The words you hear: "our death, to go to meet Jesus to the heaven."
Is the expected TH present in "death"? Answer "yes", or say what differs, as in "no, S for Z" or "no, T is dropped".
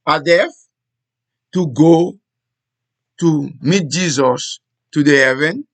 no, F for TH